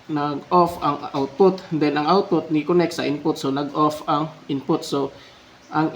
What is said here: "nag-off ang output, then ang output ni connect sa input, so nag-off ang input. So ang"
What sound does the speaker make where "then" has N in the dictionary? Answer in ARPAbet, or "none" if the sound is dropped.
L